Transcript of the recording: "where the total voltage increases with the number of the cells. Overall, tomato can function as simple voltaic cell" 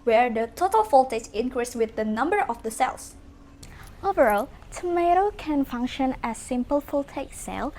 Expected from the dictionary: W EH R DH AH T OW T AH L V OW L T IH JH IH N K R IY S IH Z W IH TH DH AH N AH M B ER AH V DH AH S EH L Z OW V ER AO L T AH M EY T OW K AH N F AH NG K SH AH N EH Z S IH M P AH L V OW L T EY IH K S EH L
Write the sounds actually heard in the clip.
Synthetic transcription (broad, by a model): W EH R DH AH T OW T AH L F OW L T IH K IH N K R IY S W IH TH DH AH N AH M B ER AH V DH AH S EH L S OW V ER AO L T AH M EY T OW K AH N F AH NG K SH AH N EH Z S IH M P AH L F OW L T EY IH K S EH L